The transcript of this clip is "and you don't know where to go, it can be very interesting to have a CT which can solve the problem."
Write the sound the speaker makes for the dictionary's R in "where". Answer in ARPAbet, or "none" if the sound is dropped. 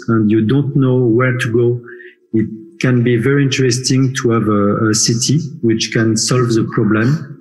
R